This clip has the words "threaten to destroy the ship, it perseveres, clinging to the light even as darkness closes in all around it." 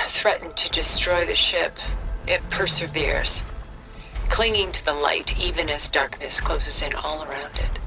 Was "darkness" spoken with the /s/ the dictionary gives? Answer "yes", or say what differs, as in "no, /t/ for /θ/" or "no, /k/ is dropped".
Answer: yes